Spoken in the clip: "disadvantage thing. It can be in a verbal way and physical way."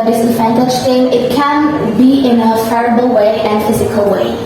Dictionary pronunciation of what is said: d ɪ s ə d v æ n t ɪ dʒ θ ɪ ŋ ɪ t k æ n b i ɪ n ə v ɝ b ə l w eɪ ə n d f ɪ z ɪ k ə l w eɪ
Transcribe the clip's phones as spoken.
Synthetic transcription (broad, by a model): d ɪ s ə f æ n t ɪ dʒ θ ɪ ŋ ɪ t k æ n b i ɪ n ə f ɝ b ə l w eɪ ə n f ɪ z ɪ k ə l w eɪ